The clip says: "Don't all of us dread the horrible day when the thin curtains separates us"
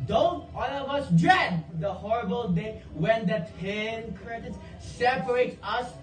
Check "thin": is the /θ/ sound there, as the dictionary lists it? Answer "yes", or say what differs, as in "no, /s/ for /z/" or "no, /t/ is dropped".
no, /t/ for /θ/